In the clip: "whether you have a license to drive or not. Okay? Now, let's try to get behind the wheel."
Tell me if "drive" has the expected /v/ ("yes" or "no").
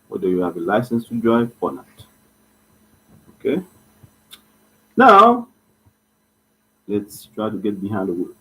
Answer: no